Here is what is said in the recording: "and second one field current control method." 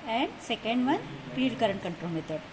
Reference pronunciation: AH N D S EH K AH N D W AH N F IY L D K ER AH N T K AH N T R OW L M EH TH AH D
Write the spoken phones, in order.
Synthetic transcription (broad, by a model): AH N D S EH K AH N D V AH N P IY D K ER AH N K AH N T R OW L M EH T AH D